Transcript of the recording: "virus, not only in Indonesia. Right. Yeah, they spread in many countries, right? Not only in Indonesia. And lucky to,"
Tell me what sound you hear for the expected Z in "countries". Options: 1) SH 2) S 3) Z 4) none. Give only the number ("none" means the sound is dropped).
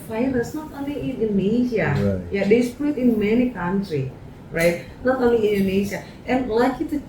4